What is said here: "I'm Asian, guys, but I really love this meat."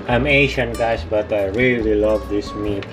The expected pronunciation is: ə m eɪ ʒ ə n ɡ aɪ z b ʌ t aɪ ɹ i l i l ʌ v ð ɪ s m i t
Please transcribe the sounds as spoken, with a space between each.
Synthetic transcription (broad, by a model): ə m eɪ ʃ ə n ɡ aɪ s b ʌ t aɪ ɹ i l i l ʌ v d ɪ s m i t